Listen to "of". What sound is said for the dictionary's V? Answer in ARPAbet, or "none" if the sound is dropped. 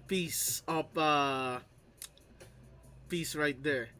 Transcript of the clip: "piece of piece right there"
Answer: P